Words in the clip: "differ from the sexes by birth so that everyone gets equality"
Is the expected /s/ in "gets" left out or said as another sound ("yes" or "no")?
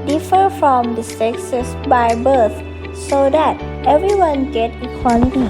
yes